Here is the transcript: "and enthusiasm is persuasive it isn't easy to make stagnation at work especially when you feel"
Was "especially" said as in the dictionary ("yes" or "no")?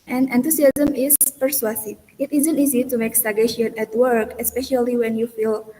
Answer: yes